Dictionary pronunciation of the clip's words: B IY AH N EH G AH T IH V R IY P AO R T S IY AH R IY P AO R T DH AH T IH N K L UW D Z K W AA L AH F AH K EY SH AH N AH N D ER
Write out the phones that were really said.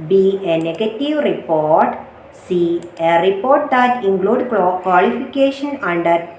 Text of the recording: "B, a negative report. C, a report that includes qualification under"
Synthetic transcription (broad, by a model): B IY AH N EH G AH T IH V R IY P AO R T S IY AH R IY P AO R T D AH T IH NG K L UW D K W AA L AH F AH K EY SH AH N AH N D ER